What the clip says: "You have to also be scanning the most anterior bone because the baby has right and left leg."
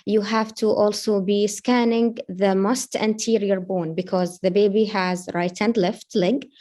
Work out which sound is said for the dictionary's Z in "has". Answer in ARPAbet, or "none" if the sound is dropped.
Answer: Z